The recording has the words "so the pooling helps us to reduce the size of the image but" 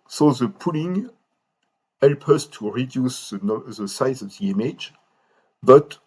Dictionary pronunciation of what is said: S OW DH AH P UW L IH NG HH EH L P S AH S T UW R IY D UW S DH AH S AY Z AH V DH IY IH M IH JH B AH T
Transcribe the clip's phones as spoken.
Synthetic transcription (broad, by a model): S OW DH AH P UW L IH NG HH EH L P AH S T UW R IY D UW S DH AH S AY Z AH V DH IY IH M IH JH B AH T